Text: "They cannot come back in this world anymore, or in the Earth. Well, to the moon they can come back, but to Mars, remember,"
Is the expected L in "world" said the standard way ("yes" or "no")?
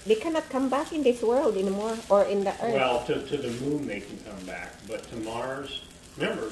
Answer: yes